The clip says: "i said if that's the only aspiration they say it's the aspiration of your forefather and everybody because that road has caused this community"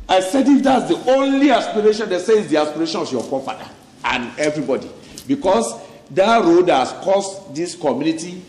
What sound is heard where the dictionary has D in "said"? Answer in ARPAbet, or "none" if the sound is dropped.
D